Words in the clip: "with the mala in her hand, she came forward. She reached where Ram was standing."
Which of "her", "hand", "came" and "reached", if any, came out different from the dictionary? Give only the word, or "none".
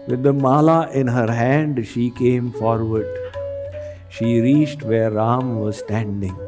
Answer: none